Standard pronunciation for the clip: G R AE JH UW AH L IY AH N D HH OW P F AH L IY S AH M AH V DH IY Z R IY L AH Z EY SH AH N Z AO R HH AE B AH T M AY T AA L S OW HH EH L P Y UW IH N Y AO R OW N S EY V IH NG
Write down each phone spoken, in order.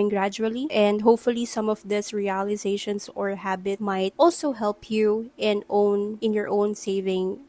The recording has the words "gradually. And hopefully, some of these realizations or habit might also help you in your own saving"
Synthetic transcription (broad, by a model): G R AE JH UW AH L IY AH N D HH OW P F AH L IY S AH M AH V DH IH S R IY L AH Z EY SH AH N S AO R HH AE B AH T M AY T AA L S OW HH EH L P Y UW IH N Y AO R OW N S EY V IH NG